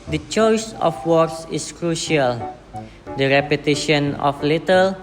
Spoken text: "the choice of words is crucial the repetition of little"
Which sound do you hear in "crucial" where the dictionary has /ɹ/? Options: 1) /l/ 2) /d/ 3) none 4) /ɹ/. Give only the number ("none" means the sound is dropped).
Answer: 4